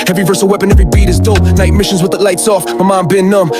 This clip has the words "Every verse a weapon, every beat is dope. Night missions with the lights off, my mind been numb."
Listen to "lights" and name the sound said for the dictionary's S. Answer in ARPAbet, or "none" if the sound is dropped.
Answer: S